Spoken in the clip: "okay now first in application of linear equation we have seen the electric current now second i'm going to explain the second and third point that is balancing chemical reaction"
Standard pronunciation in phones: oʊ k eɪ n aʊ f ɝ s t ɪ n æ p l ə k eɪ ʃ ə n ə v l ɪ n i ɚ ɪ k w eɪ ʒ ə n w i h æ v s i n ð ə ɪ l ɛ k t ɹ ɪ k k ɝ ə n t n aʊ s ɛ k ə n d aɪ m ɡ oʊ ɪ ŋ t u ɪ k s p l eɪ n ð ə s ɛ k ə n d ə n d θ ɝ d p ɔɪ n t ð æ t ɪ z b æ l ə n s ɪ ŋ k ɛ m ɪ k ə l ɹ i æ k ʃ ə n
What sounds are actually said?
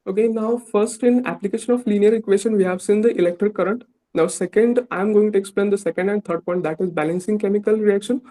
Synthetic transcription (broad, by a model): oʊ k eɪ n aʊ f ɝ s t ɪ n æ p l ə k eɪ ʃ ə n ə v l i n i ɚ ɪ k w eɪ ʃ ə n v i h æ v s i n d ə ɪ l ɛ k t ɹ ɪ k k ɝ ə n t n aʊ s ɛ k ə n d aɪ m ɡ oʊ ɪ ŋ t u ɪ k s p l eɪ n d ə s ɛ k ə n d ə n d t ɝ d p ɔɪ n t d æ t ɪ z b æ l ə n s ɪ ŋ k ɛ m ɪ k ə l ɹ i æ k ʃ ə n